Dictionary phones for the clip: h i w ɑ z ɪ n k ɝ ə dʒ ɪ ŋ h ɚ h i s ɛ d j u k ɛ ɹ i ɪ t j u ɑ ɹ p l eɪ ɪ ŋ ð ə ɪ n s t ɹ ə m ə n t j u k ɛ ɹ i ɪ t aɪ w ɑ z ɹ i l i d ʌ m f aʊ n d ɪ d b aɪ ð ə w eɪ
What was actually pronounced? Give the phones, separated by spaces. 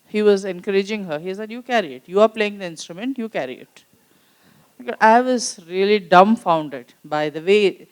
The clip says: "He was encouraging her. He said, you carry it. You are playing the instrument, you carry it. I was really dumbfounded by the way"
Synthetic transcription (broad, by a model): h i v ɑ z ɪ n k ɝ ə dʒ ɪ ŋ h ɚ h i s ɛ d j u k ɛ ɹ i ɪ t j u ɑ ɹ p l eɪ ɪ ŋ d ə ɪ n s t ɹ ə m ə n t j u k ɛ ɹ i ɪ t aɪ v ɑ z ɹ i l i d ʌ m f aʊ n d ɪ d b aɪ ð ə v eɪ